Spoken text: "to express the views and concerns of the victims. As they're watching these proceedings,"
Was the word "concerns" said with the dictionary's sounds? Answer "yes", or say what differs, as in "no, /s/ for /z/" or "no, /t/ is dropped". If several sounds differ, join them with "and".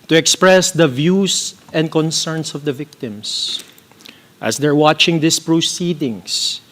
no, /s/ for /z/